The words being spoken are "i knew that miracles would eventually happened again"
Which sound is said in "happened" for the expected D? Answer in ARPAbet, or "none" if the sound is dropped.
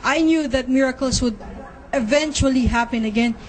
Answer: none